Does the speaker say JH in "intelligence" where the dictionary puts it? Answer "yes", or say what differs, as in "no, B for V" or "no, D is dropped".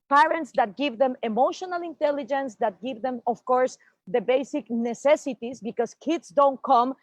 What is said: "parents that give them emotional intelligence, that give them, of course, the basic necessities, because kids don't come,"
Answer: yes